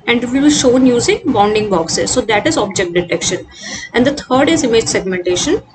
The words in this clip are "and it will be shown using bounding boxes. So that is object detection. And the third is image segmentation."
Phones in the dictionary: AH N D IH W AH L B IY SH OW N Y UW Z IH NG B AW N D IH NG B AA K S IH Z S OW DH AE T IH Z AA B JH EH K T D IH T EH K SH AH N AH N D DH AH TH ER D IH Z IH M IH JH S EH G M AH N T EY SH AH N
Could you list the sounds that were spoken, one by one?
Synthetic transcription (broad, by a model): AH N D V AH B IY SH OW N Y UW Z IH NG B AW N D IH NG B AA K S IH Z S OW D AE T IH Z AA B JH EH K T D IH T EH K SH AH N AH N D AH T ER D IH Z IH M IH JH S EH G M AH N T EY SH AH N